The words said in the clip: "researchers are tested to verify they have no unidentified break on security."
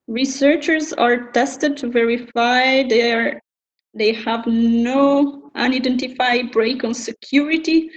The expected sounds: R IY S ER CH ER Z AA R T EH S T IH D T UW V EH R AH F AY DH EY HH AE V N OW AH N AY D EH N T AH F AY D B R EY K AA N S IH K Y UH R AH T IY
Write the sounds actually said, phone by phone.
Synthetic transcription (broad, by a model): R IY S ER CH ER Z AA R T EH S T IH D T UW V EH R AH F AY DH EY HH AE V N OW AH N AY D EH N T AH F AY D B R EY K AA N S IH K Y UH R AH T IY